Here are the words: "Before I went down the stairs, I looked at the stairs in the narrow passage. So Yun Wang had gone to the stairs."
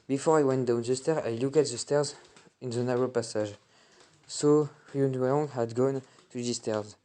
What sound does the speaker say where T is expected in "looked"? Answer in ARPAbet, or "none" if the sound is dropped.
none